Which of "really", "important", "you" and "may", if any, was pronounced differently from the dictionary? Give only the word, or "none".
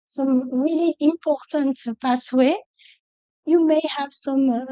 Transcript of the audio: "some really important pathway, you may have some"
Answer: none